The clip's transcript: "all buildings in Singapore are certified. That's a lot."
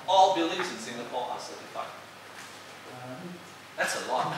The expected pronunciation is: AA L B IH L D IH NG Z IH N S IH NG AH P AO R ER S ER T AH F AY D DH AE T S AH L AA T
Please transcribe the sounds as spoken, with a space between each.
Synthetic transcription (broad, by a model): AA L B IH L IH Z IH N S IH NG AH P AO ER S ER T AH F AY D DH AE T S AH L AA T